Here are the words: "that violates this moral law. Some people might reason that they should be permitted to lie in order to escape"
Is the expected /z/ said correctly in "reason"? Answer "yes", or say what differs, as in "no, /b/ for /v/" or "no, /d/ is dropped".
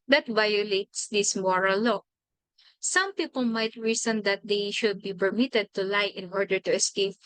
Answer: no, /s/ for /z/